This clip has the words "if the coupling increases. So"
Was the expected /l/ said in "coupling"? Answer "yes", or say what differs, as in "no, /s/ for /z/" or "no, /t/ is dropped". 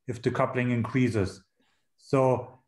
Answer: yes